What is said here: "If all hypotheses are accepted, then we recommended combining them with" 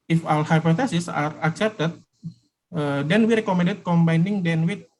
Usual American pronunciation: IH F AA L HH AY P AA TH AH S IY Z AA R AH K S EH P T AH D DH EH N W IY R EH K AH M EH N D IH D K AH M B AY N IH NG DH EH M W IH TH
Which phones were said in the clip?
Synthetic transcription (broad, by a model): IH F AA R HH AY P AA T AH S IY S AA R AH K S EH P T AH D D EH N W IY R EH K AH M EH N D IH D K AH M B AY N IH NG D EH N W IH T